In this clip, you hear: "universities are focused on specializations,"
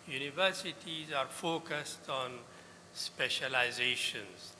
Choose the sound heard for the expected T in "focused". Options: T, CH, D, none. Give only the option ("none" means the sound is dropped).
T